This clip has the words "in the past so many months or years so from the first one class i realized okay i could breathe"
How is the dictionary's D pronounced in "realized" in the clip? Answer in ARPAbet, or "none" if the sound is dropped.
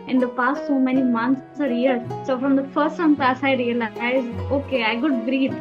none